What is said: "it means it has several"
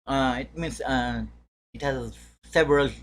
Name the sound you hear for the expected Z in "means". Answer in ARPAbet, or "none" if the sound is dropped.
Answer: S